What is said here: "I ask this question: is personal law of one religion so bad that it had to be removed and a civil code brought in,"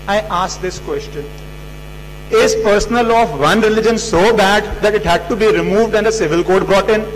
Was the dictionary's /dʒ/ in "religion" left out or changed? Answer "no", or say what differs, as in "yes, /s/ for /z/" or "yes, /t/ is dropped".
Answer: no